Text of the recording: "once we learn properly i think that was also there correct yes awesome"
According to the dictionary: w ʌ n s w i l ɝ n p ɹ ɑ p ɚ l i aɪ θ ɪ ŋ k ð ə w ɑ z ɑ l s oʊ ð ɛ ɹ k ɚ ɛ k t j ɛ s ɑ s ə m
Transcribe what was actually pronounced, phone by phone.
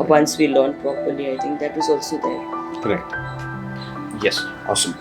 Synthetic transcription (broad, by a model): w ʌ n s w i l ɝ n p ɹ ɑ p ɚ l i aɪ t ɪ ŋ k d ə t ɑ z ɑ l s oʊ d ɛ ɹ k ɚ ɛ k t j ɛ s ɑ s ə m